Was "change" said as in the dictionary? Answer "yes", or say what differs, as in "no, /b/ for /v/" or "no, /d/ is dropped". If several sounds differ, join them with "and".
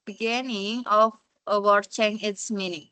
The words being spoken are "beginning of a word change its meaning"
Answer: no, /dʒ/ is dropped